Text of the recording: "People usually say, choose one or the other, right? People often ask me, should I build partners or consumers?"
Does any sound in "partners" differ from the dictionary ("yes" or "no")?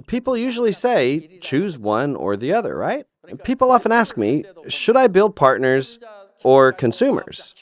no